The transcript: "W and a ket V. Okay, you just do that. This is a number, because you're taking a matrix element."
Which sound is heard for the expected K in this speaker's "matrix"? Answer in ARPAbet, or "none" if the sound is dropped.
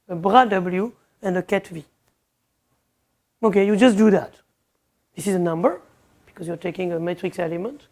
K